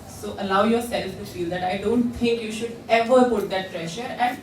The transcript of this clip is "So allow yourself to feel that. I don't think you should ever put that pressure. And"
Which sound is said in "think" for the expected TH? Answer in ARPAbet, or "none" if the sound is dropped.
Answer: T